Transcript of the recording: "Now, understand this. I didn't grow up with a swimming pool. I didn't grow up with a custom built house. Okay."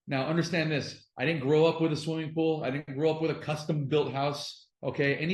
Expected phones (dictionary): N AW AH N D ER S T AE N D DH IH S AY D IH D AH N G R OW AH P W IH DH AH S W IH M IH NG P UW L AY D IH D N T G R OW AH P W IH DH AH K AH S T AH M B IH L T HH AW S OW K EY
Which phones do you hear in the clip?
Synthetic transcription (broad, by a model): N AW AH N D ER S T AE N DH IH S AY D IH D N G R OW AH P W IH DH AH S W IH M IH NG P UW L AY D IH D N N G R OW AH P W IH DH AH K AH S T AH M B IH L T HH AW S OW K EY